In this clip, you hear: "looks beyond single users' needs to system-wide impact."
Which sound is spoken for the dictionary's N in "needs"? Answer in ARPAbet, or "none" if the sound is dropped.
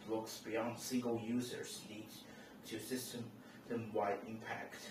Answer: L